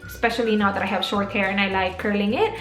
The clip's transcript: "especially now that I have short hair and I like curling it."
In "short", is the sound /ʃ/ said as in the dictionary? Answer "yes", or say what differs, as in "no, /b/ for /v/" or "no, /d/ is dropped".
yes